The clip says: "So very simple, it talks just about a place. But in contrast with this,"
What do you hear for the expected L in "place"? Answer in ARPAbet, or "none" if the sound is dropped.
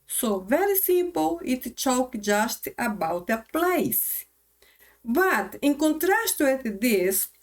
L